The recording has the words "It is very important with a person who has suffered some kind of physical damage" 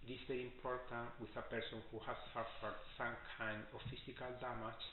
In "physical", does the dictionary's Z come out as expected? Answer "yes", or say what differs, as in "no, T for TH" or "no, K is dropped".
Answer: no, S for Z